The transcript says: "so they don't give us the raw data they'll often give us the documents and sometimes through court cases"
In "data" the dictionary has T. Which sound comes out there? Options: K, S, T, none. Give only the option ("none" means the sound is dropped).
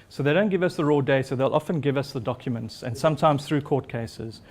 S